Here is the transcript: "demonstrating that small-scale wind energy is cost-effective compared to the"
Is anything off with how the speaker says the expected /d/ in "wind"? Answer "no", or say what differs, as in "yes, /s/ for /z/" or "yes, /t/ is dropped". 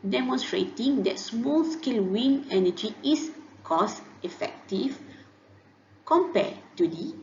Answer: yes, /d/ is dropped